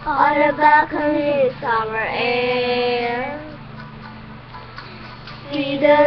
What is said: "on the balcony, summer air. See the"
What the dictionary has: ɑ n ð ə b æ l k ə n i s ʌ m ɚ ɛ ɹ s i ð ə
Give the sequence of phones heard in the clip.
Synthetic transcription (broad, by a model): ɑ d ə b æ k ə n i s ʌ m ɚ ɛ ɹ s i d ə